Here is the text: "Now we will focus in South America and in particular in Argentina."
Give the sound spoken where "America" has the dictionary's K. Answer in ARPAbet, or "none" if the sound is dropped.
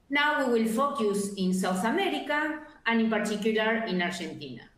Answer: K